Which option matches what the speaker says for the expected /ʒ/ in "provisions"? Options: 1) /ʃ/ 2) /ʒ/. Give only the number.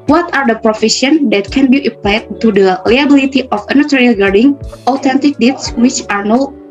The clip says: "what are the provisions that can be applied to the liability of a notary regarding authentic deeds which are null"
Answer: 1